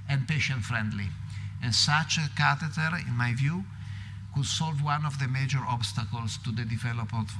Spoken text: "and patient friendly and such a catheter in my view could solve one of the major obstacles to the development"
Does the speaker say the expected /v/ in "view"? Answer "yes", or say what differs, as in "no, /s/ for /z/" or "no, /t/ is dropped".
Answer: yes